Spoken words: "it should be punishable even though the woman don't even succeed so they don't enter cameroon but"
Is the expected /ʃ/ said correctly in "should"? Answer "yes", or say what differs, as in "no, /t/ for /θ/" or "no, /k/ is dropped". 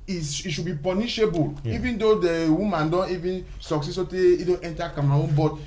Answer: no, /s/ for /ʃ/